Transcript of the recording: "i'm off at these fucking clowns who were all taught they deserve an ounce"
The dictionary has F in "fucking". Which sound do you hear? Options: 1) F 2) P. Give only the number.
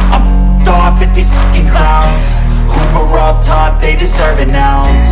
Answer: 2